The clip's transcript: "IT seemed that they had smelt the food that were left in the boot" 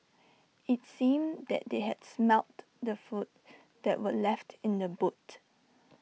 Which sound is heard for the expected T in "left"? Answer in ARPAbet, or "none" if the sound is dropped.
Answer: T